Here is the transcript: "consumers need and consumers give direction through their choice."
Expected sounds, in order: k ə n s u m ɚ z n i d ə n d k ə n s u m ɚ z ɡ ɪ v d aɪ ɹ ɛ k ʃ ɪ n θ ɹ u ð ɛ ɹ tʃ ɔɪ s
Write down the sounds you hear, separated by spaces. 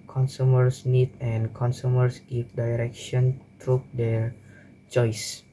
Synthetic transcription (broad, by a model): k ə n s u m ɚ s n i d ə n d k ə n s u m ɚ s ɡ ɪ f d aɪ ɹ ɛ k ʃ ɪ n t ɹ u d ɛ ɹ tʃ ɔɪ s